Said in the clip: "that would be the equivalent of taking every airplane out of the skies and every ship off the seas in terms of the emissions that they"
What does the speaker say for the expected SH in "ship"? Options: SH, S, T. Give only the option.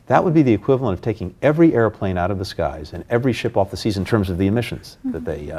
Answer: SH